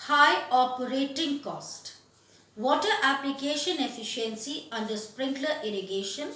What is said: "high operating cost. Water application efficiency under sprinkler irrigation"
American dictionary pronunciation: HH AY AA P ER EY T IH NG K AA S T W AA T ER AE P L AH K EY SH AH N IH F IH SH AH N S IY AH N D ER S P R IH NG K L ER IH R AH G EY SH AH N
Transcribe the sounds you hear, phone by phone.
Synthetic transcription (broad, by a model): HH AY AA P ER EY T IH NG K AA S T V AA T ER AE P L AH K EY SH AH N IH F IH SH AH N S IY AH N D ER S P R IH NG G L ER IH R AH G EY SH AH N